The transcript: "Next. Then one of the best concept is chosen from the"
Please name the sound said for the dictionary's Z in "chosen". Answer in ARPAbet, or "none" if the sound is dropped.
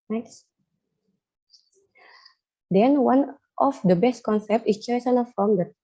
S